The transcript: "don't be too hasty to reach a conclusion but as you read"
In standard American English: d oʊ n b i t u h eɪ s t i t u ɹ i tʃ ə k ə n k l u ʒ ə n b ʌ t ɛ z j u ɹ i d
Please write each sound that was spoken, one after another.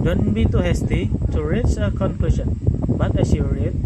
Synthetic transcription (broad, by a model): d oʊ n b i t u h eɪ s t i t u ɹ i s ə k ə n k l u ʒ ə n b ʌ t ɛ s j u ɹ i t